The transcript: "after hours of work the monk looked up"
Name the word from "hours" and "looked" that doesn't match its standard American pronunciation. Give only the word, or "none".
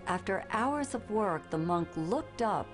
none